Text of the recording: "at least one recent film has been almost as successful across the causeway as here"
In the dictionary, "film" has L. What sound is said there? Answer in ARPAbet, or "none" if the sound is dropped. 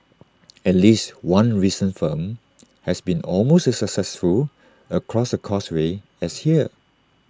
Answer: none